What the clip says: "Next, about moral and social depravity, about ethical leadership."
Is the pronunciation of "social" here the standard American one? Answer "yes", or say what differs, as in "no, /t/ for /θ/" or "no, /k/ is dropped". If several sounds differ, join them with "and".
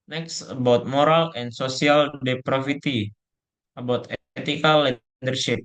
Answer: no, /s/ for /ʃ/